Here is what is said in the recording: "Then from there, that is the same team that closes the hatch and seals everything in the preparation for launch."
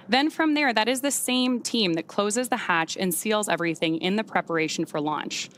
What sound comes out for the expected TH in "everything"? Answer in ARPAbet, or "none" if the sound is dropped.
TH